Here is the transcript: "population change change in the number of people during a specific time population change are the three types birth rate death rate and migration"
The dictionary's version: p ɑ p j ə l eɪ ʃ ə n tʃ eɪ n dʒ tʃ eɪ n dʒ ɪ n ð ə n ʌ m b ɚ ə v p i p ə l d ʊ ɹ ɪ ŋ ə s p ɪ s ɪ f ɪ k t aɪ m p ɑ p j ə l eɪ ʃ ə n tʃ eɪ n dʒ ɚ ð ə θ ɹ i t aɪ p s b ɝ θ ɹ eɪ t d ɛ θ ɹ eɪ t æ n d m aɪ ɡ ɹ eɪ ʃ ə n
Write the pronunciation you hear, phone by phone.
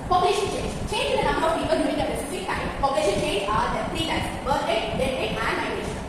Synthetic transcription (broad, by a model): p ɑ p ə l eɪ ʃ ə n tʃ eɪ n dʒ tʃ eɪ n dʒ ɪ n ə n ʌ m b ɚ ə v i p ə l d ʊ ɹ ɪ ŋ ə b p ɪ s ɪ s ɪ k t aɪ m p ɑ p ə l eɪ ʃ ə n tʃ eɪ n dʒ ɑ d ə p ɹ i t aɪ s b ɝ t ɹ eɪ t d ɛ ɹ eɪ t æ n d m aɪ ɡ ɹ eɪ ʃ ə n